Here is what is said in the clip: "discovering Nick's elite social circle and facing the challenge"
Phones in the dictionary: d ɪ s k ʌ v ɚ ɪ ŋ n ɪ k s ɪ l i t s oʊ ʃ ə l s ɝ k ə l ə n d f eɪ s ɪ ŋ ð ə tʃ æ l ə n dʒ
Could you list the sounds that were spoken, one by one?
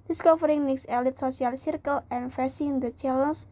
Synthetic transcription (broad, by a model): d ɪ s k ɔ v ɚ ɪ ŋ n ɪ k s ɪ l i t s oʊ s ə l s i k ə l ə n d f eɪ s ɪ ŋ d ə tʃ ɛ l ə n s